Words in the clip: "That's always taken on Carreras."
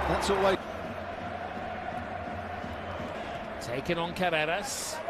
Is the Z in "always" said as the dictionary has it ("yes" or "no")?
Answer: no